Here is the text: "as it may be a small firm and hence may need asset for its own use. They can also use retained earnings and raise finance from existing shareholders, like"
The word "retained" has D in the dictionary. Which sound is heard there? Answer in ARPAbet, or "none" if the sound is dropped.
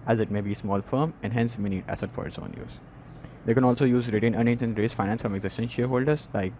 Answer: none